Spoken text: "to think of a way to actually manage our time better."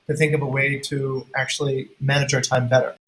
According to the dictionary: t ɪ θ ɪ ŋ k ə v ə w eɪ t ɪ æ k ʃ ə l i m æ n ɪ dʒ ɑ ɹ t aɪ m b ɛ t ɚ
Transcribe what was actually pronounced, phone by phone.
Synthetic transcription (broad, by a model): t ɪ θ ɪ ŋ k ə v ə w eɪ t ɪ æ k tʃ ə l i m æ n ɪ dʒ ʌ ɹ t aɪ m b ɛ t ɚ